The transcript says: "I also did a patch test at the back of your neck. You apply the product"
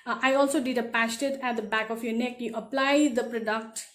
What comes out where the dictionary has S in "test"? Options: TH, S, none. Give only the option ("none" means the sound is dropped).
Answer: none